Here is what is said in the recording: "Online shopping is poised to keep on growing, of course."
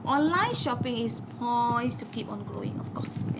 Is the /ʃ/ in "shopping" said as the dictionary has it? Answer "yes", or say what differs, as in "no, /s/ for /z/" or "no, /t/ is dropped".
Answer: yes